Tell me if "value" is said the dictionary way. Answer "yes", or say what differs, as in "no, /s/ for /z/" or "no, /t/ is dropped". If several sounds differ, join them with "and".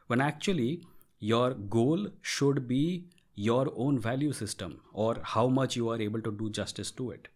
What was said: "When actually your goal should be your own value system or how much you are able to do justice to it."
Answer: yes